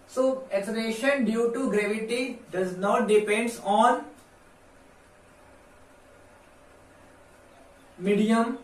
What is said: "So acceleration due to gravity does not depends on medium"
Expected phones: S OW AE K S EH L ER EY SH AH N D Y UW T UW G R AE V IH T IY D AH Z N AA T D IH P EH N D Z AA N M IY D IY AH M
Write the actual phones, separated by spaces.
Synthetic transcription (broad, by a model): S OW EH S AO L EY SH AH N D Y UW T UW G R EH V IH T IY D AH Z N AA T D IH P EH N D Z AA N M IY D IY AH M